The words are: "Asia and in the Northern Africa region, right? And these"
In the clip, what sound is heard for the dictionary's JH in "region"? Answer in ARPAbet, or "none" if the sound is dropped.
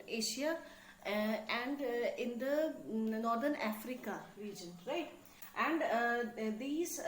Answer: JH